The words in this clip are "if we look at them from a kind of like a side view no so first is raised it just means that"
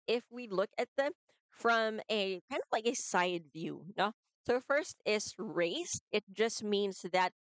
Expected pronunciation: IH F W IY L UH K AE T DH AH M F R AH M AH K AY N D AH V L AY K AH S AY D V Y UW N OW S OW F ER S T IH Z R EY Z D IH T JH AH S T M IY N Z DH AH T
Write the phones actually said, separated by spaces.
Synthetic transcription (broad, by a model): IH F W IY L UH K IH T DH AH M F R AH M AH K AY N D AH V L AY K AH S AY D V Y UW N OW S OW F ER S T IH S R EY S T IH T JH AH S T M IY N Z DH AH T